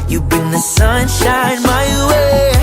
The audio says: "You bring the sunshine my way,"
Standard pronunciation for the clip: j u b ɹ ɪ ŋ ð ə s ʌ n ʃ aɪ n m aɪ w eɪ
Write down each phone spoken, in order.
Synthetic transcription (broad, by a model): j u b ɪ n ð ə s ʌ n ʃ aɪ n m aɪ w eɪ